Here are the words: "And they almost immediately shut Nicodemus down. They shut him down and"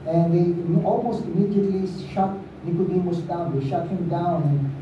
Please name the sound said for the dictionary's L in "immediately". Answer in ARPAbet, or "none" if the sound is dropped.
L